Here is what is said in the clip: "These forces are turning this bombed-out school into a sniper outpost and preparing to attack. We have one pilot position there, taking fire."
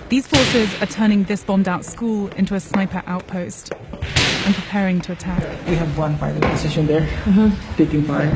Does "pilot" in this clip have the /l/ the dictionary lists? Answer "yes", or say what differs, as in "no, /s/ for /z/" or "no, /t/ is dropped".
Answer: no, /n/ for /l/